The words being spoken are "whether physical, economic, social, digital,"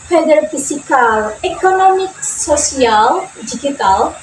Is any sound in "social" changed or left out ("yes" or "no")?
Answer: yes